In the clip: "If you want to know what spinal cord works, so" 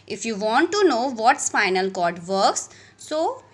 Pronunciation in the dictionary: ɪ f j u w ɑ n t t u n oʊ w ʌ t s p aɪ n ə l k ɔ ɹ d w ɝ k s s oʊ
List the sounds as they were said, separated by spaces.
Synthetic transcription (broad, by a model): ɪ f j u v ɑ n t t u n oʊ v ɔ t s f aɪ n ə l k ɔ ɹ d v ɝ k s s oʊ